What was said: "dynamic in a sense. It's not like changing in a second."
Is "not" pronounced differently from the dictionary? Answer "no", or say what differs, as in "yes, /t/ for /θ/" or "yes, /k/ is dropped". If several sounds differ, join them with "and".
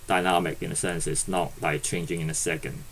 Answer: no